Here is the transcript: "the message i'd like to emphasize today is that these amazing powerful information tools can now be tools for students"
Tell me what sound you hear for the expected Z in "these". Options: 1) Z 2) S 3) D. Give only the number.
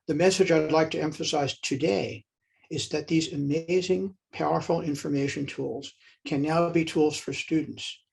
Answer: 1